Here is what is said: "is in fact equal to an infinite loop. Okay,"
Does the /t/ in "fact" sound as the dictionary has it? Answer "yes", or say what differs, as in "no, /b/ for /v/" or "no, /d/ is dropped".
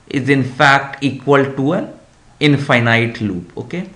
yes